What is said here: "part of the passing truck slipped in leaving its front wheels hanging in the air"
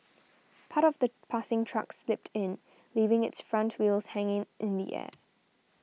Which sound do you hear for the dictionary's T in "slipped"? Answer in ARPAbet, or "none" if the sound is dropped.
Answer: T